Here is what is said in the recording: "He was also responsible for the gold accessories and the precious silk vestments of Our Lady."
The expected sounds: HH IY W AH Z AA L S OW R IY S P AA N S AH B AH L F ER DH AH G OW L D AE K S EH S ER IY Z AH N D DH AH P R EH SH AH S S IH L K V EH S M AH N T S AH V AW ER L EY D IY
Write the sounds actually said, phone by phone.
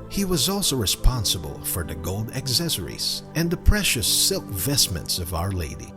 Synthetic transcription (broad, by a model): HH IY W AH Z AA L S OW R IY S P AA N S AH B AH L F ER DH AH G OW L D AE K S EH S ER IY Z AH N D DH AH P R EH SH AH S S IH L K V EH S M AH N T S AH V AW ER L EY D IY